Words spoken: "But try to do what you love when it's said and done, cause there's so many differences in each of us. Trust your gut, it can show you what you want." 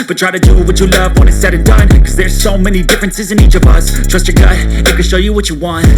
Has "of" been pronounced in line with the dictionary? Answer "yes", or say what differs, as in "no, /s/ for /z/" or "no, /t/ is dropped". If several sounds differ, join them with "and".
yes